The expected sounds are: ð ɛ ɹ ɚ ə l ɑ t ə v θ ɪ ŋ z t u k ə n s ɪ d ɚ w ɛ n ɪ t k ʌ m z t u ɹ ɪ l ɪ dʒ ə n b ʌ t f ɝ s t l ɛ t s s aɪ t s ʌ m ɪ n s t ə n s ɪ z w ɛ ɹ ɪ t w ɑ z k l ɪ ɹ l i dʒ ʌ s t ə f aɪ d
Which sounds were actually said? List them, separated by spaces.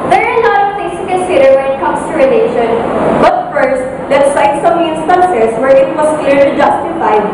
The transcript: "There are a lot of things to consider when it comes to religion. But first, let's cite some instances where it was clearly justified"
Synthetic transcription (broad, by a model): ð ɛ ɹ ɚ ə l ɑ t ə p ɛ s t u k ə n s ɪ d ɚ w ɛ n ɪ t k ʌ m s t u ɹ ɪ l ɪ ʃ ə n b ʌ t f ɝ s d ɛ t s s aɪ t s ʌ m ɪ n s t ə n s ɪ s w ɛ ɹ ɪ t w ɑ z k l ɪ ɹ l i dʒ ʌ s t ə f aɪ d